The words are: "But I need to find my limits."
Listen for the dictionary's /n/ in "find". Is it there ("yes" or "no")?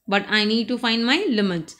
yes